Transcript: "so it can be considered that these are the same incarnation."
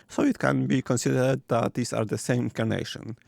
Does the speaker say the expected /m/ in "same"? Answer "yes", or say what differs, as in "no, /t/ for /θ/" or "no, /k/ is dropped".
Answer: no, /m/ is dropped